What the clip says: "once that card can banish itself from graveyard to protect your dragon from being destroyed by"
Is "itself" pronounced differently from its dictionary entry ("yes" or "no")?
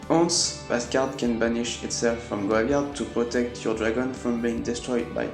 no